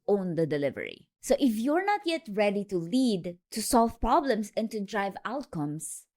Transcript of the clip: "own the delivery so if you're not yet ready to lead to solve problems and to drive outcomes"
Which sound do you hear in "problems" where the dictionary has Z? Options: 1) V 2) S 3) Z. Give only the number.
2